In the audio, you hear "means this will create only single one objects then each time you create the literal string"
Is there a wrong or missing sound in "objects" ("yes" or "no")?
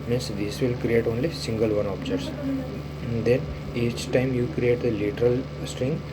yes